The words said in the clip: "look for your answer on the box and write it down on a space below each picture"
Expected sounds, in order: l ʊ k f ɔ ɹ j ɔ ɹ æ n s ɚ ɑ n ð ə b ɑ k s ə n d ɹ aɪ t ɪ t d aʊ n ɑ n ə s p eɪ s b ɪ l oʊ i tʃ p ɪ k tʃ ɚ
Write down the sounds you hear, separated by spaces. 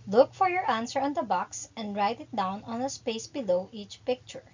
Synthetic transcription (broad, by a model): l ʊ k f ɔ ɹ j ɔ ɹ æ n s ɚ ɑ n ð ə b ɑ k s ə n d ɹ aɪ t ɪ t d aʊ n ɑ n ə s p eɪ s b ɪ l oʊ i tʃ p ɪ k tʃ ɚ